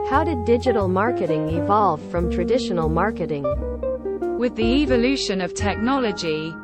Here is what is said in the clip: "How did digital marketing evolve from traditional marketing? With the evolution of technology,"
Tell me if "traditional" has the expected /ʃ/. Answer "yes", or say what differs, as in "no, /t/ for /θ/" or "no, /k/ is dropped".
yes